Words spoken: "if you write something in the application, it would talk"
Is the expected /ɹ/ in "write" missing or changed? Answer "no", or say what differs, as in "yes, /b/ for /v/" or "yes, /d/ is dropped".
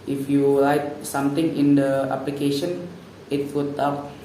yes, /l/ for /ɹ/